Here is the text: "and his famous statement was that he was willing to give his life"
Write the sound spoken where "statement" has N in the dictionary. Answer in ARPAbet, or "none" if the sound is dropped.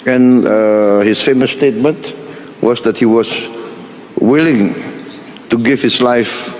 N